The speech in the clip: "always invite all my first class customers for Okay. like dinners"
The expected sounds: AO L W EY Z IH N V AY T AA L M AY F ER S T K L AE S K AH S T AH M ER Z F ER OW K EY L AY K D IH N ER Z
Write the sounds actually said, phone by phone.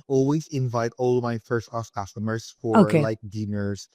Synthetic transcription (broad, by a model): AO L W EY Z IH N V AY T AA L M AY F ER S T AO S K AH S T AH M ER S F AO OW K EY L AY K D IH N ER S